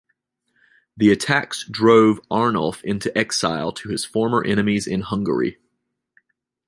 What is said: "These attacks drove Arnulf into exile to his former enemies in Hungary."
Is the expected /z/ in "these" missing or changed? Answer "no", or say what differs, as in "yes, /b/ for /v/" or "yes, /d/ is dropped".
yes, /z/ is dropped